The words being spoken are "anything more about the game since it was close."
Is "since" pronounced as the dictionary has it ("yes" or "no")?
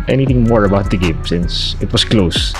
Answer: yes